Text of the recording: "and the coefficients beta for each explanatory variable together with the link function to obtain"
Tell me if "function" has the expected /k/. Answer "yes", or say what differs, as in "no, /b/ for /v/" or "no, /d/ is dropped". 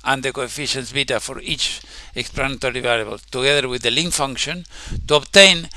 yes